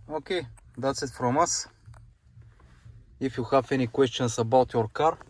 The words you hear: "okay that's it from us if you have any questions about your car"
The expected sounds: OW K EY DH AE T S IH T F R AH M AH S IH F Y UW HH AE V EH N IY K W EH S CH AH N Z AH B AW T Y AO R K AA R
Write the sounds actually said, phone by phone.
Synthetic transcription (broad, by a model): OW K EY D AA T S IH T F R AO M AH S IH F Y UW HH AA F EH N IY K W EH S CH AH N S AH B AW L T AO R K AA R